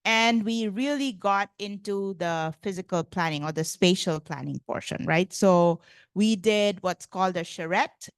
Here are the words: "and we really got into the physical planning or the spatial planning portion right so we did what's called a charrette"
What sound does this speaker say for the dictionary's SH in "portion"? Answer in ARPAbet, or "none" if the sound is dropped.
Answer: SH